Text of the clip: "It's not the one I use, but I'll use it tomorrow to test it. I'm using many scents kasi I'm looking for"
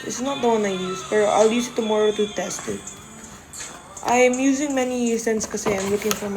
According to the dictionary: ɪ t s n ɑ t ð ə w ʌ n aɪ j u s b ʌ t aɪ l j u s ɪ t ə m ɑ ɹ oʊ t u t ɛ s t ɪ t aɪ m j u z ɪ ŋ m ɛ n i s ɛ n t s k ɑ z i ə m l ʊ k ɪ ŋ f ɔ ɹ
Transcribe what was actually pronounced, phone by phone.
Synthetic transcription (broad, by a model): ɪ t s n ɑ t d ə w ʌ n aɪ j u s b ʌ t aɪ l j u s ɪ t ə m ɑ ɹ oʊ t u t ɛ s t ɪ t aɪ m j u z ɪ ŋ m ɛ n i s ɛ n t s k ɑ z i ə m l ʊ k ɪ ŋ f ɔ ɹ